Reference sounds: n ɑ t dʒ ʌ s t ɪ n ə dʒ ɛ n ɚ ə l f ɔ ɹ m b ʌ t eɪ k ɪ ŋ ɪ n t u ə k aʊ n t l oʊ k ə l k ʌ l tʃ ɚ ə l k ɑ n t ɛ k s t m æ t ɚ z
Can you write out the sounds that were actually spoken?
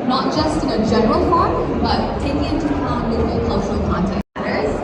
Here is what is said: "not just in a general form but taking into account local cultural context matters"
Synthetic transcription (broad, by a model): n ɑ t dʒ ʌ s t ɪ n ə dʒ ɛ n ɚ ə l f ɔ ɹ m b ʌ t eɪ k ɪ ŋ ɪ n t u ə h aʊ l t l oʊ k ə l k ʌ l tʃ ɚ ə l k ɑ n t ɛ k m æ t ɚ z